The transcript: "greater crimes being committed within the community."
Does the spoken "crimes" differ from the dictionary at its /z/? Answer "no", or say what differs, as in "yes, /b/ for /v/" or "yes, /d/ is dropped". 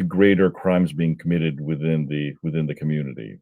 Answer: no